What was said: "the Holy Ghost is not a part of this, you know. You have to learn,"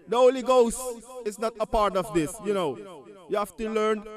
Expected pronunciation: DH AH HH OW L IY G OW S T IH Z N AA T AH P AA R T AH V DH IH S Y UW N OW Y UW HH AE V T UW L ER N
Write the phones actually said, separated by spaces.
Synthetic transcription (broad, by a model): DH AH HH OW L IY G OW S T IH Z N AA T AH P AA R T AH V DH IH S Y UW N OW Y UW HH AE F T UW L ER N